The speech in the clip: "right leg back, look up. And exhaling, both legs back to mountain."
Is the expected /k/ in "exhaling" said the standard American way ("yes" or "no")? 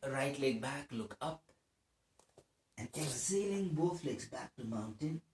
no